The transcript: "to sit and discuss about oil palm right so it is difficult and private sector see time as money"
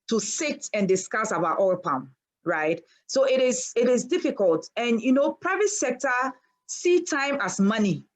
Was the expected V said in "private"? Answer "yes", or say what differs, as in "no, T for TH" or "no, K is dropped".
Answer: yes